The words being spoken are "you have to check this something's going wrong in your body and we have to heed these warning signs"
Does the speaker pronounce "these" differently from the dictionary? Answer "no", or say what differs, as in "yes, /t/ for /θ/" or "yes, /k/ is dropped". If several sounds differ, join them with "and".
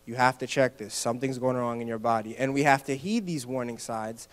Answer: no